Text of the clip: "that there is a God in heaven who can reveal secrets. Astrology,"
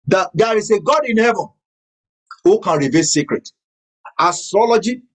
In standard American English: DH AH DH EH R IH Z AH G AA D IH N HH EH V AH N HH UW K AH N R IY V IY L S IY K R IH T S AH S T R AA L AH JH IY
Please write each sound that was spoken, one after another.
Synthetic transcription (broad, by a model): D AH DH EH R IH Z AH G AA D IH N HH EH V AH N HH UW K AH N R IY V IY L S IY K R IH T AH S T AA L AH JH IY